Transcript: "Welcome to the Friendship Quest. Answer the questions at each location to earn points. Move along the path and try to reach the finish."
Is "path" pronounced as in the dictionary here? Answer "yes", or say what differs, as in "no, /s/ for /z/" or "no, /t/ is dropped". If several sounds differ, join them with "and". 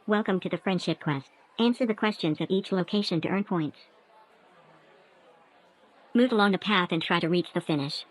yes